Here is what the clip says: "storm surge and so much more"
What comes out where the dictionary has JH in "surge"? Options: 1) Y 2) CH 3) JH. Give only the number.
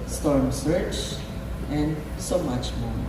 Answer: 2